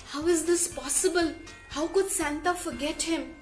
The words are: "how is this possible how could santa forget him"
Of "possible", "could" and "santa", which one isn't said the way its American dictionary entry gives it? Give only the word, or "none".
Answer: none